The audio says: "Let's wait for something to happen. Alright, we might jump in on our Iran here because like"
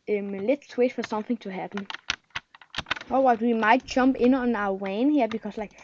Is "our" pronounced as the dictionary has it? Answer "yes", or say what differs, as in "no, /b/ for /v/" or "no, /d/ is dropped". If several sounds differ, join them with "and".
no, /w/ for /ɹ/